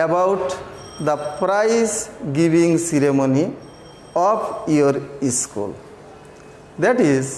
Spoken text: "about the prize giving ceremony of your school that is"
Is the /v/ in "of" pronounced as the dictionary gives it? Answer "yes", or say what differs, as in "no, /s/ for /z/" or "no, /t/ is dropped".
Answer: no, /p/ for /v/